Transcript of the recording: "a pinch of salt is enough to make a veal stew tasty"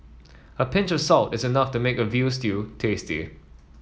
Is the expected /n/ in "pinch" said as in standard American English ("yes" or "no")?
yes